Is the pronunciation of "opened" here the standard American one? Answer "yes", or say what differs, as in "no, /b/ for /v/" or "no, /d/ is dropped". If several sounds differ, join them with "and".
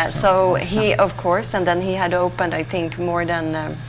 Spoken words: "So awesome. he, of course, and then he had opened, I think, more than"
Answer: yes